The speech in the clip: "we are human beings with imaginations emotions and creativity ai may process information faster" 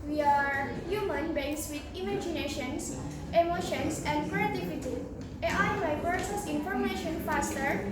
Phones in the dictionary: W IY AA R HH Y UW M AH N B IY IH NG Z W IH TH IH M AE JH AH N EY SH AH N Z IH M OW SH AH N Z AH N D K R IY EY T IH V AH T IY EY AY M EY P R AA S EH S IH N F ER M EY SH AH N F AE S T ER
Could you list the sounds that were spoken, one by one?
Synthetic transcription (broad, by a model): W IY AA R HH Y UW M AH N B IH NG S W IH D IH M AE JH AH N EY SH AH N S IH M OW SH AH N S AH N D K R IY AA T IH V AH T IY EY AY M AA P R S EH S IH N F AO M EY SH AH N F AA S T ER